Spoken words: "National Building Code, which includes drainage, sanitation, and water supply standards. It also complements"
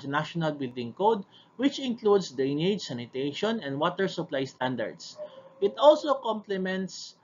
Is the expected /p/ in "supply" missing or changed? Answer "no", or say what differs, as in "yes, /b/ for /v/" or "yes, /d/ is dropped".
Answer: no